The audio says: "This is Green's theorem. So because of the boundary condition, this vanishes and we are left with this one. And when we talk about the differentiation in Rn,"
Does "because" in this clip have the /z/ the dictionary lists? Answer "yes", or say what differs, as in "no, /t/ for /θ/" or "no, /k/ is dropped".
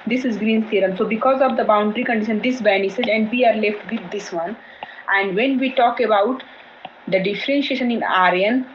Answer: yes